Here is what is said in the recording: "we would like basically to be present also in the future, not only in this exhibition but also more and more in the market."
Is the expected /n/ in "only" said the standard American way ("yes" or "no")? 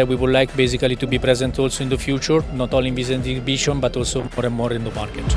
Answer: no